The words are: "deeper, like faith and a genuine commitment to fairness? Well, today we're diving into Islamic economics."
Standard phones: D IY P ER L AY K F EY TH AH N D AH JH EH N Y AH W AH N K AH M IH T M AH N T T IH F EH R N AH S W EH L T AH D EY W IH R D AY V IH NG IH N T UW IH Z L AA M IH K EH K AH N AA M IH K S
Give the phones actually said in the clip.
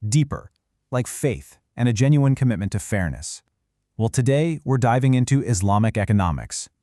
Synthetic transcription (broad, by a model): D IY P ER L AY K F EY TH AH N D AH JH EH N Y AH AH N K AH M IH T M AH N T T IH F EH R N AH S W EH L T AH D EY W IH R D AY V IH NG IH N T UW IH Z L AA M IH K EH K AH N AA M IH K S